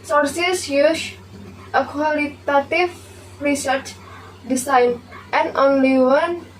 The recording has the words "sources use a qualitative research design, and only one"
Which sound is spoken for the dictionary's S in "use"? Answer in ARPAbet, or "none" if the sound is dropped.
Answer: SH